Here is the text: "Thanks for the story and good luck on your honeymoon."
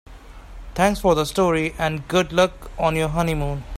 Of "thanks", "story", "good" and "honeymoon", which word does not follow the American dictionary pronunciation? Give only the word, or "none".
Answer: thanks